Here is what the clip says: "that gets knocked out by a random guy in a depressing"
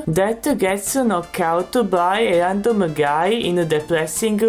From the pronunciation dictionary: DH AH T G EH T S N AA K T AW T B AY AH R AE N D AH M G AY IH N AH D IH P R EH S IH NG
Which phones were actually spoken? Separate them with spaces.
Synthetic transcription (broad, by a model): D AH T G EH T S N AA K AW T B AY AH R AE N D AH M G AY IH N AH D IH P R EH S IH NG